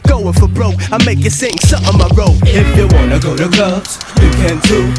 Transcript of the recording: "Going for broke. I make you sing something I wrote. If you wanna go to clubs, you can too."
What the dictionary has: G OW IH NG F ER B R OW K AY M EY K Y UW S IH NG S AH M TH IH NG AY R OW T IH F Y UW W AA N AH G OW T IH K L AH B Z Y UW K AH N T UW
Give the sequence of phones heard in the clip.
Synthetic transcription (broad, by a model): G OW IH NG F ER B R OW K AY M EY K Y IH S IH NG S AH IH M AY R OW IH F Y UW W AA N AH G OW T IH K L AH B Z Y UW K AH N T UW